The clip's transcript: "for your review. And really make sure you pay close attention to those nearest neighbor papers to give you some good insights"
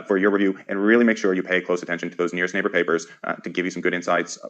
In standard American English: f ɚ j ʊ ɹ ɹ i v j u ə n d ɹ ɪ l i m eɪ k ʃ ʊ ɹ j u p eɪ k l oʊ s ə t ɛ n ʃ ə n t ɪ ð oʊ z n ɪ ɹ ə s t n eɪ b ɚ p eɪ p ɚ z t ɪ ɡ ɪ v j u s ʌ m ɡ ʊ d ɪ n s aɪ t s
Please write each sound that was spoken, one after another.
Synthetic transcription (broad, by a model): f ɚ j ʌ ɹ ɹ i v j u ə n ɹ ɪ l i m eɪ k ʃ ʊ ɹ j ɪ p eɪ k l oʊ s ə t ɛ n ʃ ə n t ɪ ð oʊ z n ɪ ɹ ə s t n eɪ b ɚ p eɪ p ɚ z t ɪ ɡ ɪ v j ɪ s ʌ m ɡ ʊ d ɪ n s aɪ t s